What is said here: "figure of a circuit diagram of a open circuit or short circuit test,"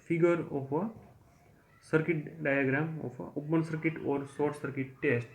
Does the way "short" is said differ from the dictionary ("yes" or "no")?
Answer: yes